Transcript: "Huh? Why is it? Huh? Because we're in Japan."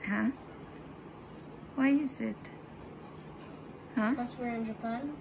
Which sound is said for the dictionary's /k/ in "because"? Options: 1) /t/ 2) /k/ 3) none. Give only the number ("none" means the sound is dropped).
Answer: 3